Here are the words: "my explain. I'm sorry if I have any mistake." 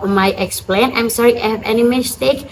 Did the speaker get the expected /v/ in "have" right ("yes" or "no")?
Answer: yes